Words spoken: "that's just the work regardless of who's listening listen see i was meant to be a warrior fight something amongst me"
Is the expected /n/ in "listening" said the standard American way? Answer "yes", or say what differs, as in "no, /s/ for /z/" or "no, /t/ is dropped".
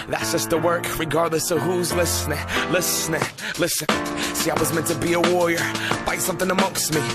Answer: no, /l/ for /n/